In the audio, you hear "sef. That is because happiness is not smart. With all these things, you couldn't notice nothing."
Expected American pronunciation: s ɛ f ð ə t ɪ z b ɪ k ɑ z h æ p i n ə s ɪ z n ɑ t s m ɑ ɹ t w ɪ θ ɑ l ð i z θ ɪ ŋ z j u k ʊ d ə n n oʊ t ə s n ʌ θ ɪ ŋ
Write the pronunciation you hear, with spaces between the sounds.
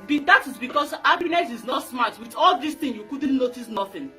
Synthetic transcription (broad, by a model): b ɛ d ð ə t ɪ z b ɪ k ɑ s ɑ b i n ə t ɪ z n ɑ t s m ɑ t w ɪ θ ɑ l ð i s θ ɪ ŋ j u k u d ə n n oʊ t ə s n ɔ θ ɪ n